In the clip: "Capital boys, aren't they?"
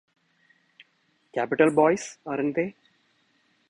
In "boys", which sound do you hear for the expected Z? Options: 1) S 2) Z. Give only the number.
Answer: 1